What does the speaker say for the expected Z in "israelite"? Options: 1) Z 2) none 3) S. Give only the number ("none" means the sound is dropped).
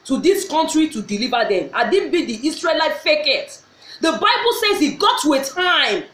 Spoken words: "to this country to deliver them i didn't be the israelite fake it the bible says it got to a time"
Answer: 3